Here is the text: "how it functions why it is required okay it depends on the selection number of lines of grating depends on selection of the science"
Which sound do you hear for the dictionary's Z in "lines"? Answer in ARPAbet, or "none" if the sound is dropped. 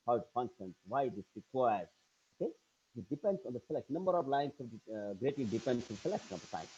S